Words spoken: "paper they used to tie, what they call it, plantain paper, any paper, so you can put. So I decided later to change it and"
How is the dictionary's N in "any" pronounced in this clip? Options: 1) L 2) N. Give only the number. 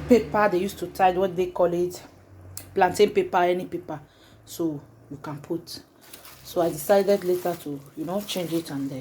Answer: 2